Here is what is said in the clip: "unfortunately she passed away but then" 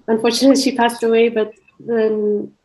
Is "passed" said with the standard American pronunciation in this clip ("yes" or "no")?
yes